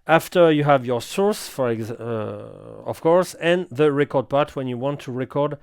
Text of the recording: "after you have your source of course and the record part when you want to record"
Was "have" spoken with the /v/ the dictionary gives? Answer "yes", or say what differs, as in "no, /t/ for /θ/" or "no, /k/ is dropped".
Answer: yes